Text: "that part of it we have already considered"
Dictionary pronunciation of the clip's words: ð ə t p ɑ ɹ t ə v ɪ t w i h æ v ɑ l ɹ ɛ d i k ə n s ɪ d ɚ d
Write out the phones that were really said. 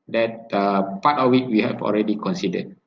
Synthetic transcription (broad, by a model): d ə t p ɑ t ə w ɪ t w i h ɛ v ɑ l ɹ ɛ d i k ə n s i d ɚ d